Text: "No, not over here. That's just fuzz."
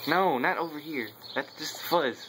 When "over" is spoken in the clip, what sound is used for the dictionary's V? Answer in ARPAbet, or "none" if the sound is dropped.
V